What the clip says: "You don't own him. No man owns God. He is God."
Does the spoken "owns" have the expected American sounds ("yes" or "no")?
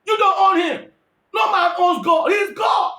no